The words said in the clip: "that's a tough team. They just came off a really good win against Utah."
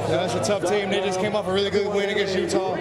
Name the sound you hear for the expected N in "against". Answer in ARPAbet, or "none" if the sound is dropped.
none